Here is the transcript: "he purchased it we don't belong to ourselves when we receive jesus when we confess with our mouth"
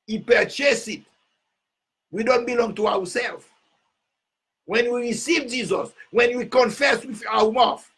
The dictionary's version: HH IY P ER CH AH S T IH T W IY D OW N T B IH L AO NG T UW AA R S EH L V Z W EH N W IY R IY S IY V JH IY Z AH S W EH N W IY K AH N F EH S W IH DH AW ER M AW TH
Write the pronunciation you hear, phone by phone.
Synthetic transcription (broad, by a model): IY P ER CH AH S IH T W IY D OW N T B IH L AO NG T UW AA W S EH L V W EH N W IY R IY S IY V JH IY Z AH S W EH N W IY K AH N F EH S W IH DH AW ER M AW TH